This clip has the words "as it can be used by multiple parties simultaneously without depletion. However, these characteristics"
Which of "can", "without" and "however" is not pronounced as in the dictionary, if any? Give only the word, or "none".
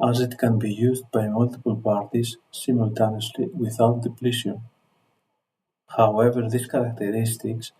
none